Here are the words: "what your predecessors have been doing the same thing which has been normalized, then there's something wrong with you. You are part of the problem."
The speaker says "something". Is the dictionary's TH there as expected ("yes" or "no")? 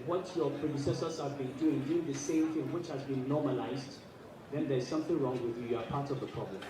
yes